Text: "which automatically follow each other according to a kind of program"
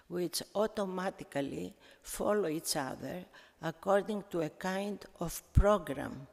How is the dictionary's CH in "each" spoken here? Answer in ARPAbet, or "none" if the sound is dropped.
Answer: CH